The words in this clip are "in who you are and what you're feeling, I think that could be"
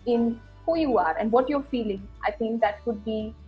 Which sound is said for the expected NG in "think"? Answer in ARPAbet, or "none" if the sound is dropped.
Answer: NG